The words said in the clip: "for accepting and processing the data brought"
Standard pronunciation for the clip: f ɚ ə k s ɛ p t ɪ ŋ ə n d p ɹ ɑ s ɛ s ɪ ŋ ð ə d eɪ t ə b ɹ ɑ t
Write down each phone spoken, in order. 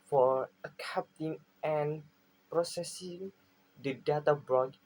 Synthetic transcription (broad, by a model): f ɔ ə k ɛ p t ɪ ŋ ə n p ɹ ɑ s ɛ s ɪ ŋ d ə d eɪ t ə b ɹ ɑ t